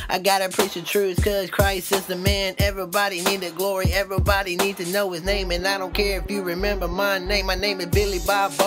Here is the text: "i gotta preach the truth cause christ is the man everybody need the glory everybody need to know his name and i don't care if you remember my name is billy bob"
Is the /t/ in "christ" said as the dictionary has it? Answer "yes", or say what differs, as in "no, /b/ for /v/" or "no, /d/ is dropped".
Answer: no, /t/ is dropped